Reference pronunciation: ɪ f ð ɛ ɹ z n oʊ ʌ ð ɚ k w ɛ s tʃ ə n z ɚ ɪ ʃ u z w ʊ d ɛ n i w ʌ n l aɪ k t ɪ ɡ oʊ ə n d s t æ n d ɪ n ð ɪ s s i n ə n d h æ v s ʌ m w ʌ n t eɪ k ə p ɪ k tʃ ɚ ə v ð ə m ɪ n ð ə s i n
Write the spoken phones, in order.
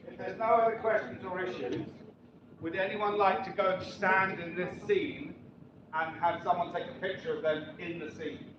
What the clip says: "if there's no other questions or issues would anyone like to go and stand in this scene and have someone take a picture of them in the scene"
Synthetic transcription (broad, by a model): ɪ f ð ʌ ɹ z n oʊ ʌ ð ɚ k w ɛ s tʃ ə n z ɚ ɪ ʃ u z w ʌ d ɛ n i w ʌ n l aɪ k t ɪ ɡ oʊ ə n s t æ n d ɪ n ð ɪ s s i n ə n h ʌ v s ʌ m w ʌ n t eɪ k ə p ɪ k tʃ ɚ ə v ð ə m ɪ n ð ə s i n